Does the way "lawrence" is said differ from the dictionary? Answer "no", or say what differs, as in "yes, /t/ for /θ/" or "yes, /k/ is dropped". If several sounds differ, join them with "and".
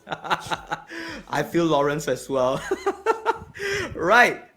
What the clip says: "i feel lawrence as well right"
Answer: no